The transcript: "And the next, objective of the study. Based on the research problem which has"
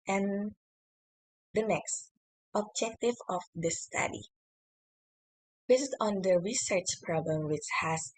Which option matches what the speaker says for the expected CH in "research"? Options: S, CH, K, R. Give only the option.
CH